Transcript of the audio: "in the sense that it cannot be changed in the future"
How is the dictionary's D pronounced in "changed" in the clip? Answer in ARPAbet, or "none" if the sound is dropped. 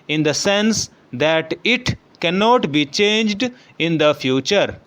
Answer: D